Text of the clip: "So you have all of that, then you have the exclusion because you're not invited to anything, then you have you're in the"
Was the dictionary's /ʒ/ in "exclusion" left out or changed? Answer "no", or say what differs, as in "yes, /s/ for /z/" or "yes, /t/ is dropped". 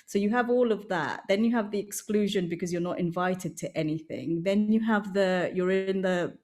no